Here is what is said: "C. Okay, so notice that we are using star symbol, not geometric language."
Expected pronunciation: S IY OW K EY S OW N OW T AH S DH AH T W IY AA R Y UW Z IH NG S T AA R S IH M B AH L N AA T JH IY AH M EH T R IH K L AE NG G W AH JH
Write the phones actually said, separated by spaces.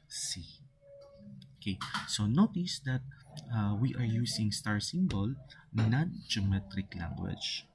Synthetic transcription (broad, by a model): S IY OW K EY S OW N OW T AH S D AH T W IY AA R Y UW S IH NG S T AA R S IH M B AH L N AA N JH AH M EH T R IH K L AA NG G W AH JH